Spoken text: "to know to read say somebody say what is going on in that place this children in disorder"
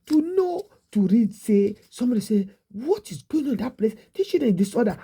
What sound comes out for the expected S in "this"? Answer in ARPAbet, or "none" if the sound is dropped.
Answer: none